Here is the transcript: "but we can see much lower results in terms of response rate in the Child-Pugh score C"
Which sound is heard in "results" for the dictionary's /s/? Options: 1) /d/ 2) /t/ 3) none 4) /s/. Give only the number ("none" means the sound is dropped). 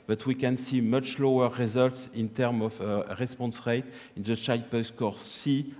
4